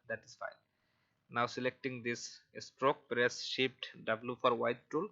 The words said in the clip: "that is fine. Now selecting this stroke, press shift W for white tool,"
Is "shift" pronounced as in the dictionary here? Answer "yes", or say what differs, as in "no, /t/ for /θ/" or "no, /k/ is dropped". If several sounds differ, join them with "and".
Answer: no, /p/ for /f/